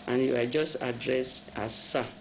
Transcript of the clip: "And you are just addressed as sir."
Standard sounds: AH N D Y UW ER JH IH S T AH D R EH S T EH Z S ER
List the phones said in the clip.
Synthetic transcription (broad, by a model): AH N Y UW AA JH IH S T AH D R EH S AA S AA